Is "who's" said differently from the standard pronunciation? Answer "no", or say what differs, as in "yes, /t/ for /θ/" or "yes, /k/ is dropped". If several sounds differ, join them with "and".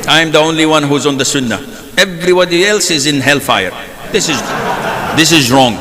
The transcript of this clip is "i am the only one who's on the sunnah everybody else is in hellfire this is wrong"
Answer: no